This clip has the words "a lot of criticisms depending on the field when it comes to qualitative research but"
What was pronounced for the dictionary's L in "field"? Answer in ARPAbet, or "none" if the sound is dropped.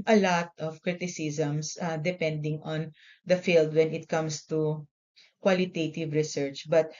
L